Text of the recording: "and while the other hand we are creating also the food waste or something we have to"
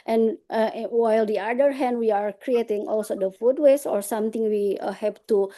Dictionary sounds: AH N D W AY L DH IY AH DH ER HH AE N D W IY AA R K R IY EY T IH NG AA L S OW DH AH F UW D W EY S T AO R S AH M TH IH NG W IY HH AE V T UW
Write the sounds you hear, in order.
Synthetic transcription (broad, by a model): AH N W AY L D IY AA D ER HH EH N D W IY AA R K R IY EY T IH NG AA L S OW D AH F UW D W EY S AO R S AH M T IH NG W IY HH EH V T UW